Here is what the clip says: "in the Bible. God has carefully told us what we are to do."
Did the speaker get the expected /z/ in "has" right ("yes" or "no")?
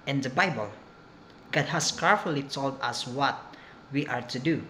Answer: no